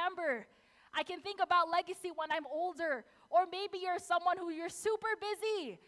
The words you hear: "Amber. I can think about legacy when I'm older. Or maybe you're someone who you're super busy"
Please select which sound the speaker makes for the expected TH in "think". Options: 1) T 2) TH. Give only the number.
2